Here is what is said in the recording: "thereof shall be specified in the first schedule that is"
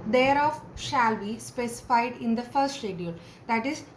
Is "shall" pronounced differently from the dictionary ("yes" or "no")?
no